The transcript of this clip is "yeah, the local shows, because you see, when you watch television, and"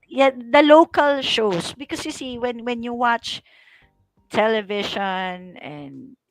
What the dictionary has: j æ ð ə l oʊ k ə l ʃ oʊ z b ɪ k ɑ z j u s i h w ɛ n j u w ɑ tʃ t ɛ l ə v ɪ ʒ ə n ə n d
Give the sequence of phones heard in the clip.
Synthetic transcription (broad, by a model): j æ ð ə l oʊ k ə l ʃ oʊ s b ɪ k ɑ s j u s i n w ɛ n j u w ɑ tʃ t ɛ l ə v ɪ ʃ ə n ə n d